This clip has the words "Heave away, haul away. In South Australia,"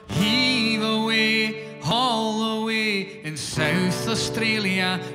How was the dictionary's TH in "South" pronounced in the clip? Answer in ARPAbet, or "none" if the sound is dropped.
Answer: TH